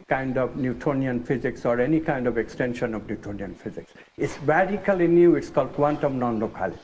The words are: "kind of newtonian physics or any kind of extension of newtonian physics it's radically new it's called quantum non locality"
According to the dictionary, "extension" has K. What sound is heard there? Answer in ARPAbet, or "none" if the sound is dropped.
K